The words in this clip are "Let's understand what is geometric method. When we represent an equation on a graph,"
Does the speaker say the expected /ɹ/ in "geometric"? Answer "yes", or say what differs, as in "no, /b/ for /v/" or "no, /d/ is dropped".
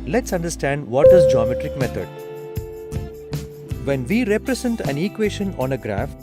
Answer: yes